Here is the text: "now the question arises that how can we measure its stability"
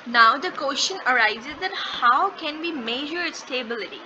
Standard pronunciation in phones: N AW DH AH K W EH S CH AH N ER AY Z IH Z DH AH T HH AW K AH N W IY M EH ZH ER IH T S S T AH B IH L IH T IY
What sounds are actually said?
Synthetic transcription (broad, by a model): N AW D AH K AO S SH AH N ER AY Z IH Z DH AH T HH AW K AH N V IY M EH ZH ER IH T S S T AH B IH L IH T IY